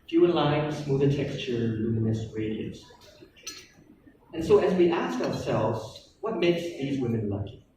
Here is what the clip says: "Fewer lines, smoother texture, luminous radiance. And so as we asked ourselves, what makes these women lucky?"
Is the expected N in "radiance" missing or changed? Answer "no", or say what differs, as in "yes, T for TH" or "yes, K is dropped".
yes, N is dropped